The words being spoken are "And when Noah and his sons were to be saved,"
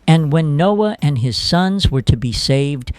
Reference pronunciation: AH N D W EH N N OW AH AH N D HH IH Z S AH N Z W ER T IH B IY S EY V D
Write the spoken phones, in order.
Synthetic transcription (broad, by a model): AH N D W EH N N OW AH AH N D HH IH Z S AH N Z W ER T IH B IY S EY V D